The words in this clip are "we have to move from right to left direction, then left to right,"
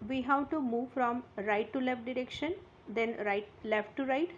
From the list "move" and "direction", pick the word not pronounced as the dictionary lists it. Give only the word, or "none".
none